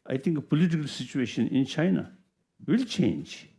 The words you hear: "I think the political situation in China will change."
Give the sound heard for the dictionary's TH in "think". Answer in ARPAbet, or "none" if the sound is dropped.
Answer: T